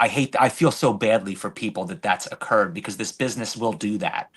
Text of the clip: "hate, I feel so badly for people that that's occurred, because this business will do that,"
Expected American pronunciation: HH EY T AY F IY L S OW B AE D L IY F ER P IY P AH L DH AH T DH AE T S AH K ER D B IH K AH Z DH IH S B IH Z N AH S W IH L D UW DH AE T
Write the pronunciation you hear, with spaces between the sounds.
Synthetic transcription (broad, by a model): HH EY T AY F IY L S OW B AE D L IY F ER P IY P L DH AH T DH AE T S AH K ER D B IH K AH Z DH IH S B IH Z N AH S W IH L D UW DH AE T